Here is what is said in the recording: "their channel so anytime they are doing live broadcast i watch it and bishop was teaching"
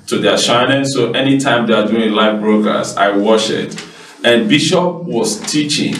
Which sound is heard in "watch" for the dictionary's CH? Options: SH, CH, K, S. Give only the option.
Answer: SH